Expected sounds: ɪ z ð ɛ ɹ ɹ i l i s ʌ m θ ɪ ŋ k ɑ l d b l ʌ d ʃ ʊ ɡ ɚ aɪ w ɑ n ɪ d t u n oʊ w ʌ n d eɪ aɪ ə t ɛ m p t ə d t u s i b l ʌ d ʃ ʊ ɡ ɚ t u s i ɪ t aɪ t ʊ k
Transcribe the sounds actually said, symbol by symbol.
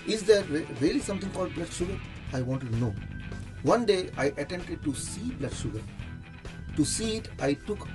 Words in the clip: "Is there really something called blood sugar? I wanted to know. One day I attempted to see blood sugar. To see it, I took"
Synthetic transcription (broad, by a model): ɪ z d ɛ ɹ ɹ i l i s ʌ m t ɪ ŋ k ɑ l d b l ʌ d ʃ ʊ ɡ ɚ aɪ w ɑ n t u n oʊ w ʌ n d eɪ aɪ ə t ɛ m t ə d t u s i b l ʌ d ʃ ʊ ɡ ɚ t u s i ɪ t aɪ t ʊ k